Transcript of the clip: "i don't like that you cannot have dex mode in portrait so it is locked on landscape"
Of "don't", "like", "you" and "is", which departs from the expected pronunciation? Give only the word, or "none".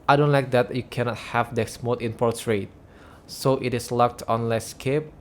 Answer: is